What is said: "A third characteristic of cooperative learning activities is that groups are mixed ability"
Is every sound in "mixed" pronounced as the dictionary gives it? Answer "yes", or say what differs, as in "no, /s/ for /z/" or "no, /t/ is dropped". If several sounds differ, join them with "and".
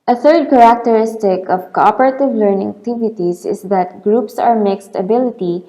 yes